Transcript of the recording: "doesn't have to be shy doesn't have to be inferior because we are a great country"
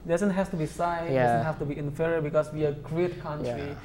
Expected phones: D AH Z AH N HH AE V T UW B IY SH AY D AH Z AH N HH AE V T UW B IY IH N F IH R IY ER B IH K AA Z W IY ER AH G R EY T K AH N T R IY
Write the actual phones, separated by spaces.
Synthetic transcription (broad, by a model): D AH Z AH N HH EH F T UW B IY S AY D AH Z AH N HH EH F T UW B IY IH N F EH R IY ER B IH K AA S W IY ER AH G R EY T K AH N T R IY